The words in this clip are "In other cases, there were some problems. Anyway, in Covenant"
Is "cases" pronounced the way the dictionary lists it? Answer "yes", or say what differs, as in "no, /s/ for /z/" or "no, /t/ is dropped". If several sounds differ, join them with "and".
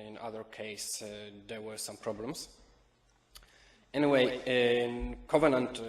no, /s/ is dropped and /s/ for /z/